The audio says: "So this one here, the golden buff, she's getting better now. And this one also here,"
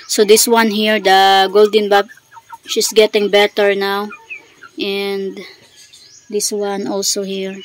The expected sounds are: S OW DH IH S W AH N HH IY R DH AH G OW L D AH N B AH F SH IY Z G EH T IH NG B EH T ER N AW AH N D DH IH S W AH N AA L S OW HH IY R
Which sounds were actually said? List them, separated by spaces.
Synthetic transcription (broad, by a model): S OW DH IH S W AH N HH IY R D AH G OW L D AH N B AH P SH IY S G EH T IH NG B EH T ER N AW AH N D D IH S W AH N AA L S OW HH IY R